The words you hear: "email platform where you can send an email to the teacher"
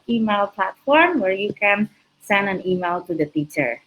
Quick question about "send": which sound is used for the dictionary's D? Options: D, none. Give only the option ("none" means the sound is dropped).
D